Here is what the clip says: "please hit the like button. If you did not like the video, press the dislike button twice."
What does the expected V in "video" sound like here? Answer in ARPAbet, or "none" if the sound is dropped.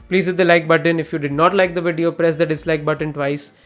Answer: V